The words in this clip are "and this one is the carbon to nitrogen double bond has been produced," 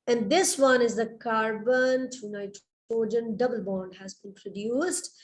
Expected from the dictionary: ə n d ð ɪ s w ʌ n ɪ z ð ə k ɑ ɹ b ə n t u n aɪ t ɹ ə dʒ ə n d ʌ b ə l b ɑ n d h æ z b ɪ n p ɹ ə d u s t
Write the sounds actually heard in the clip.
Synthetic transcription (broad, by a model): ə n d ɪ s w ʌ n ɪ z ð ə k ɑ ɹ b ə n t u n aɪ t ə dʒ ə n d ʌ b ə l b ɑ n d h æ z b ɪ n p ɹ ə d u s t